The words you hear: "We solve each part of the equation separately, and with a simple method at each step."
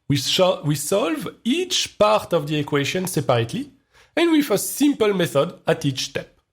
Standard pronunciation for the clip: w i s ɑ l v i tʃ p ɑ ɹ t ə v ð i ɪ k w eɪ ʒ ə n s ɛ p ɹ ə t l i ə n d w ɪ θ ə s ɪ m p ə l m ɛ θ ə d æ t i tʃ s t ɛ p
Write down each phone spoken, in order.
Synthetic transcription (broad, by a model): w i s ɑ l v i tʃ p ɑ ɹ t ə v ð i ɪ k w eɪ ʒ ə n s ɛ p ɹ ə t l i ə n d w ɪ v ə s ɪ m p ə l m ɛ θ ə d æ t i tʃ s t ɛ p